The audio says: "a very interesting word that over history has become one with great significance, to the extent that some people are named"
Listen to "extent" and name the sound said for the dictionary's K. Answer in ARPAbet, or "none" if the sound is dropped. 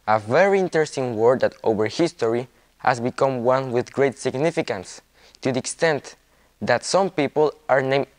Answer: K